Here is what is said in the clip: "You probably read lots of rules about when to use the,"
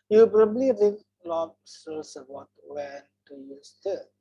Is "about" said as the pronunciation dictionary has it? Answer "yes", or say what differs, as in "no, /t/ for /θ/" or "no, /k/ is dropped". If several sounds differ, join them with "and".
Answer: no, /b/ is dropped